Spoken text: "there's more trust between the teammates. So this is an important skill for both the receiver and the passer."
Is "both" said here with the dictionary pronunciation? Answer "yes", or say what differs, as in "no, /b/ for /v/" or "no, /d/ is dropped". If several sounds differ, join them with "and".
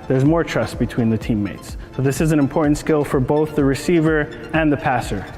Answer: yes